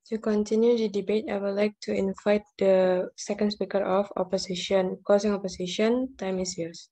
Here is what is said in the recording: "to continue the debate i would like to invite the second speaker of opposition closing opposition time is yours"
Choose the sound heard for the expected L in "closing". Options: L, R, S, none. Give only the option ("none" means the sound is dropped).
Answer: none